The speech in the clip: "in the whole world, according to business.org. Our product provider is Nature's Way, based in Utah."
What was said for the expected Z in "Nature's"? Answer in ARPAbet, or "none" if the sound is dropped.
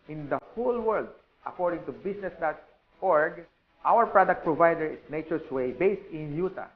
S